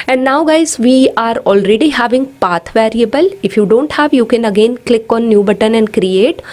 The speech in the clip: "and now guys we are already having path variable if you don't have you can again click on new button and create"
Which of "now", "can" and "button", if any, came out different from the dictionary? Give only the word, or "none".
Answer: none